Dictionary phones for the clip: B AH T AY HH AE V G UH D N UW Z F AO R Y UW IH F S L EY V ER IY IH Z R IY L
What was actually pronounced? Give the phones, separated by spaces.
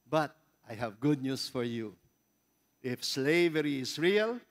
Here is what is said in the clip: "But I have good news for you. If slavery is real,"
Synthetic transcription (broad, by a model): B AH T AY HH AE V G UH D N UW S F AO R Y UW IH F S L EY V ER IY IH S R IY L